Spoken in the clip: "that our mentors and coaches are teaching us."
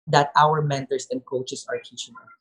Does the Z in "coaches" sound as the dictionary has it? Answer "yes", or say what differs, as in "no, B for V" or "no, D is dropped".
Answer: no, S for Z